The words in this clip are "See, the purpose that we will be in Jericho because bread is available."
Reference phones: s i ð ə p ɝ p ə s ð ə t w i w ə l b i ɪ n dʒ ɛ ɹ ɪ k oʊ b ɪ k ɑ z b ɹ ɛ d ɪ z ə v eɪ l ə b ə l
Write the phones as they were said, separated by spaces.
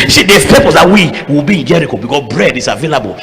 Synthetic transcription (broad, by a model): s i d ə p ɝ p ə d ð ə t w i w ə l b i ɪ n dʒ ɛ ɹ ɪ k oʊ b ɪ k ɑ s b ɹ ɛ d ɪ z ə v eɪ l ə b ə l